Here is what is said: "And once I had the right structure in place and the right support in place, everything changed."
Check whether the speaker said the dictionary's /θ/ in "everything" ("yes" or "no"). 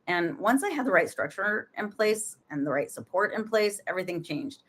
yes